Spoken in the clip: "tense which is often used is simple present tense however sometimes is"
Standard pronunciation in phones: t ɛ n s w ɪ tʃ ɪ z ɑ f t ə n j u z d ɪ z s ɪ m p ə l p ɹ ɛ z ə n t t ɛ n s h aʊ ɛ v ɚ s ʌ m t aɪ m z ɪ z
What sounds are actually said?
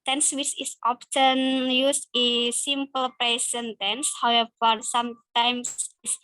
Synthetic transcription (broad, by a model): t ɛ n s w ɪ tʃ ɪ s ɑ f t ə n j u s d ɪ s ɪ m p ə l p ɛ s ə n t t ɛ n s h aʊ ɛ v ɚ s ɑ m t aɪ m s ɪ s